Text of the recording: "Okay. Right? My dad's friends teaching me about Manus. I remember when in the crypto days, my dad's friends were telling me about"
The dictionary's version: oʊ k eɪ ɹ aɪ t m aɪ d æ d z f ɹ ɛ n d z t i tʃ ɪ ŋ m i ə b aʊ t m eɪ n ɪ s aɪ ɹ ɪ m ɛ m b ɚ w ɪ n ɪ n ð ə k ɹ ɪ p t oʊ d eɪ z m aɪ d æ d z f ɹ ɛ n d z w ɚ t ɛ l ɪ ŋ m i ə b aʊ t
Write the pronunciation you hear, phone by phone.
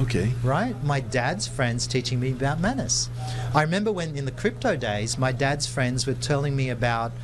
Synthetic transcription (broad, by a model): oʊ k eɪ ɹ aɪ t m aɪ d æ d z f ɹ ɛ n d z t i tʃ ɪ ŋ m i ə b aʊ t m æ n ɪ s aɪ ɹ ɪ m ɛ m b ɚ w ɪ n ɪ n ð ə k ɹ ɪ p t oʊ d eɪ z m aɪ d æ d z f ɹ ɛ n d z w ɚ t ɛ l ɪ ŋ m i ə b aʊ t